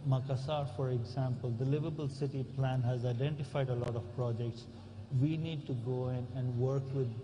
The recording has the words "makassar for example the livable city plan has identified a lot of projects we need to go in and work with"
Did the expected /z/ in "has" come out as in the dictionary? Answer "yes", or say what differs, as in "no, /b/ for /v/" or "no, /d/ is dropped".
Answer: yes